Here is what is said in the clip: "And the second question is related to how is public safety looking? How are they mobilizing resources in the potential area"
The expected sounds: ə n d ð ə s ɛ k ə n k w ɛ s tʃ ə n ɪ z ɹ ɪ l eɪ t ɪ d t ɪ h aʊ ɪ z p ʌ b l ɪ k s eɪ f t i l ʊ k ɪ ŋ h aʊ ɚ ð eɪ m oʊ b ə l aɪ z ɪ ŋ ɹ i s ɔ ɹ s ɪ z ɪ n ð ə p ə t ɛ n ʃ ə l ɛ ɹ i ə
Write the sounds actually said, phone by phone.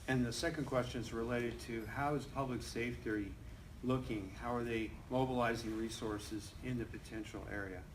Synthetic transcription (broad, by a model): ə n ð ə s ɛ k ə n k w ɛ s tʃ ə n z ɹ ɪ l eɪ t ɪ d t ɪ h aʊ ɪ z p ʌ b l ɪ k s eɪ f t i l ʊ k ɪ ŋ h aʊ ɚ ð eɪ m oʊ b ə l aɪ z ɪ ŋ ɹ i s ɔ ɹ s ɪ z ɪ n ð ə p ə t ɛ n ʃ l ɛ ɹ i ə